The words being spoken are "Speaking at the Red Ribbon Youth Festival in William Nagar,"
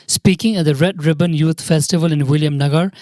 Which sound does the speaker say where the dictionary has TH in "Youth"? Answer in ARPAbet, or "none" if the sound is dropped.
T